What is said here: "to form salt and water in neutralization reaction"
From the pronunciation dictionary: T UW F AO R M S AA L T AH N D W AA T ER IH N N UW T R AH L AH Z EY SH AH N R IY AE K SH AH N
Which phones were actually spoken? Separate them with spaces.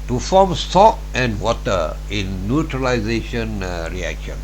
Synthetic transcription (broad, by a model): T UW F AO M S AA T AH N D W AA T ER IH N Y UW T R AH L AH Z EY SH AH N R IY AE K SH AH N